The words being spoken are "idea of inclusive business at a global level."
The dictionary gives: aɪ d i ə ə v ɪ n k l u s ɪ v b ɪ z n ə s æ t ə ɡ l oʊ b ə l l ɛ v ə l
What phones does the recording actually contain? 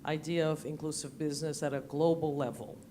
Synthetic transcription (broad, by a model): aɪ d i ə ə v ɪ n k l u s ɪ v b ɪ z n ə s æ t ə ɡ l oʊ b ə l l ɛ v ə l